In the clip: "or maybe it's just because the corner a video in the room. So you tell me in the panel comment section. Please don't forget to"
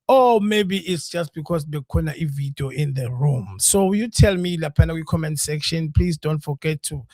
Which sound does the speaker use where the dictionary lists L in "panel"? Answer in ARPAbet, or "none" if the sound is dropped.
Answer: W